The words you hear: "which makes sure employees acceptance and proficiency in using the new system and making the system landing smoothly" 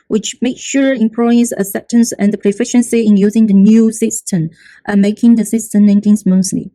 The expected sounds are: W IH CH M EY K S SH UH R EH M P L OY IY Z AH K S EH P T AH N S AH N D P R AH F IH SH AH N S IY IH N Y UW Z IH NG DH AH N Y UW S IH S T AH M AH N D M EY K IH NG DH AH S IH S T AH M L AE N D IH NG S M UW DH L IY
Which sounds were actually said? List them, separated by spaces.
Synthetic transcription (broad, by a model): W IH CH M EY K SH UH R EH M P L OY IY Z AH S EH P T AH N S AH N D P R AH F IH SH AH N S IY IH N Y UW Z IH NG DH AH N Y UW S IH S T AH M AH M EY K IH NG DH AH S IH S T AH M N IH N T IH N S M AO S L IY